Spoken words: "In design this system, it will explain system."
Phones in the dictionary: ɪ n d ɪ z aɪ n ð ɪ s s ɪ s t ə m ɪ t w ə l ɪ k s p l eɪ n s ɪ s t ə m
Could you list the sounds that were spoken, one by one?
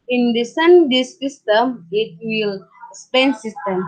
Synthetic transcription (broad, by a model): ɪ n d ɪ s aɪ n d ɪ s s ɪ s t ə m ɪ t w ə l s p eɪ n s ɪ s t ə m